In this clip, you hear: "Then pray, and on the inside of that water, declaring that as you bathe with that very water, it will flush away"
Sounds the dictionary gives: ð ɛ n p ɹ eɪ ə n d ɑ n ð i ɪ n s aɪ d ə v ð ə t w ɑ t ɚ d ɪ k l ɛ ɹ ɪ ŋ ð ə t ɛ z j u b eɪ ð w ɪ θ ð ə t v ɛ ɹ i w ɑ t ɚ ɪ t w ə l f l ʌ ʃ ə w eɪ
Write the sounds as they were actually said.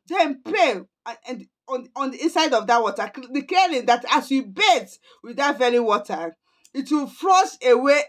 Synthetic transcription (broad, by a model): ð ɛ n p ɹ eɪ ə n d ɑ n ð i ɪ n s aɪ d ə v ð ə t w ɑ t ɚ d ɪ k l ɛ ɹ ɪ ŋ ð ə t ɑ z j u b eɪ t w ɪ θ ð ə t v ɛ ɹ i w ɑ t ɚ ɪ t w ə l f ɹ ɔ s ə w eɪ